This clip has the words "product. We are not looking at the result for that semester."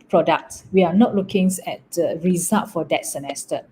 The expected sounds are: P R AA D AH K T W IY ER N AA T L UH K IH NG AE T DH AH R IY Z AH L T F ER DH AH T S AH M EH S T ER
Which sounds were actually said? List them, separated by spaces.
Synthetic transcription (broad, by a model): P R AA D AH K T W IY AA N AA T L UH K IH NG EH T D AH R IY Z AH T F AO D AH T S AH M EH S T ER